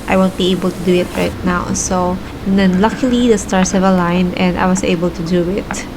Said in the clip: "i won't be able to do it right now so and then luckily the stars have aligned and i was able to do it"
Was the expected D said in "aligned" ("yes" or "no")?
no